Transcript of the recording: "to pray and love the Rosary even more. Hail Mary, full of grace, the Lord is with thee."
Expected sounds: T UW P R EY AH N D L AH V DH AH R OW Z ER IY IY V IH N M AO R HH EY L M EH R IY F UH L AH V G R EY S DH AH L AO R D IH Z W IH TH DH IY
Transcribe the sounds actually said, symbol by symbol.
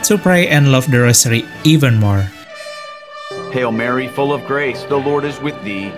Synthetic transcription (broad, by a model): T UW P R EY AH N D L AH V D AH R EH S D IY IY V IH N M AO R HH EY L M EH R IY F UH L AH V G R EY S DH AH L AO R D IH Z W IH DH IY